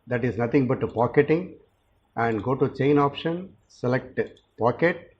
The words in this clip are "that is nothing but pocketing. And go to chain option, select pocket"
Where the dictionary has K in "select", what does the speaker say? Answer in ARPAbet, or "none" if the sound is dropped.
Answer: K